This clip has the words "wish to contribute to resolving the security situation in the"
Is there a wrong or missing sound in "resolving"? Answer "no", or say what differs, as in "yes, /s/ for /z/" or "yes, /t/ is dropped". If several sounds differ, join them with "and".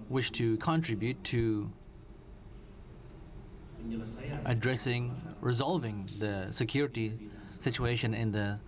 no